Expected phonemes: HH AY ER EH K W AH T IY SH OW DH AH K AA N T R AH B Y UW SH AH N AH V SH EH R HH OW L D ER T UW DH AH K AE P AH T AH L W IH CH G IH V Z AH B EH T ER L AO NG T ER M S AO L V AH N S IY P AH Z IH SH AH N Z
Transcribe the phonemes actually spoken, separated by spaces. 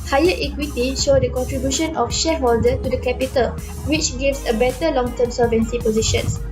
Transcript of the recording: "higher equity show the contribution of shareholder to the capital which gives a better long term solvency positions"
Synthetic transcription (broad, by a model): HH AY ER EH K W AH T IY SH OW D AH K AA N T R AH B Y UW SH AH N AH F SH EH HH OW L D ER T UW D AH K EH P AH T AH L W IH CH G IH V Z AH B EH T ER L AO NG T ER M S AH V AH N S IY P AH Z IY SH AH N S